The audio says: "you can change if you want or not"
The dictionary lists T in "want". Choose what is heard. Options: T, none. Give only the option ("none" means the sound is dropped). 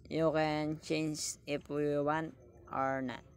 none